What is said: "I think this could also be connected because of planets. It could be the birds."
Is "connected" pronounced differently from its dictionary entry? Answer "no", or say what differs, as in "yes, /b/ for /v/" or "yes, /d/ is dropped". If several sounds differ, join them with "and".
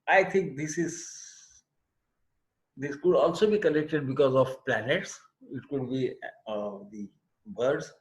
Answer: yes, /l/ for /n/